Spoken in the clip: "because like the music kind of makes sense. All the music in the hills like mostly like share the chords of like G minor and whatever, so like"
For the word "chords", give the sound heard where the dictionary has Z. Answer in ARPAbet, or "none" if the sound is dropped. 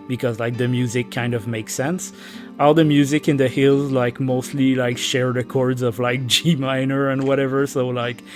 Z